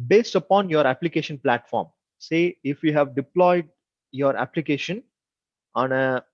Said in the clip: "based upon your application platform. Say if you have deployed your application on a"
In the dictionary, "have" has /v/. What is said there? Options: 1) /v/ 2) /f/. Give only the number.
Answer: 1